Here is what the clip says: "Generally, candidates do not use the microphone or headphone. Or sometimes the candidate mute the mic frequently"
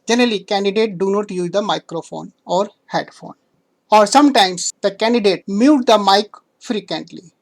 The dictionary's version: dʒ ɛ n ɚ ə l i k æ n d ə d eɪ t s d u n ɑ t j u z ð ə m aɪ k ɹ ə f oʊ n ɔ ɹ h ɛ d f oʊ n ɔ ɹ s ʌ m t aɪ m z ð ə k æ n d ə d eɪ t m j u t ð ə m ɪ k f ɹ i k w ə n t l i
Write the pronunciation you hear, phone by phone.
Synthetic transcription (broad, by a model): dʒ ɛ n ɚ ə l i k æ n d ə d eɪ t d u n ɑ t j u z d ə m aɪ k ɹ ə f oʊ n ɔ ɹ h ɛ d f oʊ n ɔ ɹ s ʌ m t aɪ m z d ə k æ n d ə d eɪ t m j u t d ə m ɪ k f ɹ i k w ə n t l i